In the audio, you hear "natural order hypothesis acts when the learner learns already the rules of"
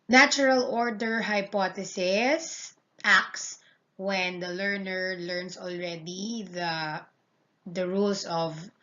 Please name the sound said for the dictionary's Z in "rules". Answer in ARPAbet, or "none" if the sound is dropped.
S